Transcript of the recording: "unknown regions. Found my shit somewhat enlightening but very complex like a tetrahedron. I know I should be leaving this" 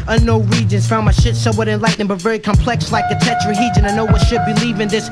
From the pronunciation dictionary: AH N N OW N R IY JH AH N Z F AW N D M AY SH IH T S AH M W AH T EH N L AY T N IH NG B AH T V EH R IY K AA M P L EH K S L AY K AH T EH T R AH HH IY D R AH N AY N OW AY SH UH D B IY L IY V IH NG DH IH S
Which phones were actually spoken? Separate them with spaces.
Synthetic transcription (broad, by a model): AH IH N OW R IY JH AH N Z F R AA M AY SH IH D S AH W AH T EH N L AY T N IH B AH T V EH R IY K AA M P L EH K S L AY K AH T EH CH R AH HH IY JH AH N AY N OW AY SH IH D B IY L IY V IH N DH IH S